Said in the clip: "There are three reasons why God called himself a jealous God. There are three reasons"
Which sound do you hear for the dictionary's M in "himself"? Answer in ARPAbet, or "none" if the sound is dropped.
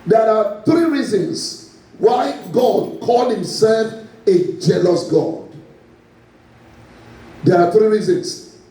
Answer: M